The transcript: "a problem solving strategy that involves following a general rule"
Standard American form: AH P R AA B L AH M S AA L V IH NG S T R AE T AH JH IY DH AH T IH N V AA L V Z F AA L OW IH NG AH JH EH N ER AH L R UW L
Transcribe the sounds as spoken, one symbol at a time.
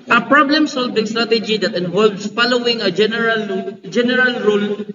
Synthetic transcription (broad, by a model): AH P R AA B L AH M S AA L W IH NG S T R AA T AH JH IY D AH T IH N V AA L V S F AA L OW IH NG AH JH EH N ER AH L R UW L